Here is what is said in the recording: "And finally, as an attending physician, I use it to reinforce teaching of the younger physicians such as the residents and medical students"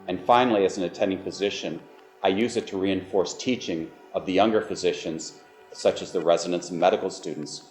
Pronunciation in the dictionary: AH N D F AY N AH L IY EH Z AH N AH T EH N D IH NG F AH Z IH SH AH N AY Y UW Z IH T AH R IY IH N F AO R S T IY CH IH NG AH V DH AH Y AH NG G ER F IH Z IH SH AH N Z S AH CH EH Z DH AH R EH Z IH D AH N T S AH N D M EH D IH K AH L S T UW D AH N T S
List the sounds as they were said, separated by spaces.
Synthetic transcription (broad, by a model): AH N F AY N L IY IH Z N AH T EH N D IH NG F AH Z IH SH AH N AY Y UW Z IH T AH R IY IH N F AO R S T IY CH IH NG AH V DH AH Y AH NG G ER F IH Z IH SH AH N Z S AH CH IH Z DH AH R EH Z IH D AH N T S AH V M EH D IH K L S T UW D N T S